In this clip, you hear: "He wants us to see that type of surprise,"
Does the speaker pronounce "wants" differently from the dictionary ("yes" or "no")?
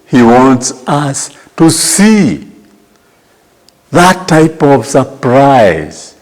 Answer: no